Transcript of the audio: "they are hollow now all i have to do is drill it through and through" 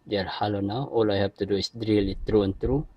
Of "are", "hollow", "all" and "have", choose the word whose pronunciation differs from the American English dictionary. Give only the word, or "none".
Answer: have